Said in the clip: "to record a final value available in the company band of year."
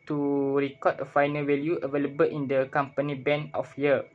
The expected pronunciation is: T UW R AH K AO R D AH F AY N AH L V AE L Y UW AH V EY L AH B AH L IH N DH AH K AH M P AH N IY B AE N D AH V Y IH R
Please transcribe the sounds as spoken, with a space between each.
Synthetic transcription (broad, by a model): T UW R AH K AO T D AH F AY N AH L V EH L Y UW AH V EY L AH B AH L IH N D AH K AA M P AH N IY B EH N AH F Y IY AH